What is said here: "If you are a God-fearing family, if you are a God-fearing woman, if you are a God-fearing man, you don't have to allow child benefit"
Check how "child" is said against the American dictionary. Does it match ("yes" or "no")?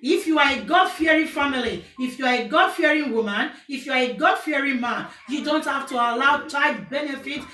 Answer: no